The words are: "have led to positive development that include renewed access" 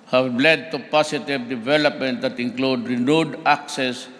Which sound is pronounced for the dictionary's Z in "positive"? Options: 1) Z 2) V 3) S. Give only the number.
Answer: 3